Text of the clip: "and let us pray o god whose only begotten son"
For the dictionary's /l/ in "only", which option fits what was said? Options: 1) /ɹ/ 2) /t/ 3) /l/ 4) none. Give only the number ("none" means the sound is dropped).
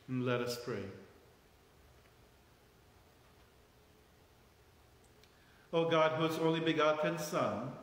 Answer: 3